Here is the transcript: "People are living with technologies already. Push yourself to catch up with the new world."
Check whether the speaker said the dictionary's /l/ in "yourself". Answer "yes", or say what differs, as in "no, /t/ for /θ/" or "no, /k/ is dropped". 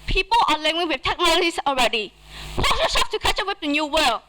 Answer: no, /l/ is dropped